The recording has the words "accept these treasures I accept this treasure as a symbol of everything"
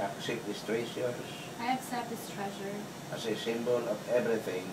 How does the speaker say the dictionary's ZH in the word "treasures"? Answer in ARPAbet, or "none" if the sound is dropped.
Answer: S